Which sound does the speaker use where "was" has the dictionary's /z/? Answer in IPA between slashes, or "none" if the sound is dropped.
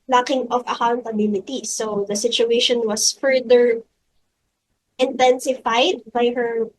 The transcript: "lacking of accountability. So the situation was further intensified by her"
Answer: /s/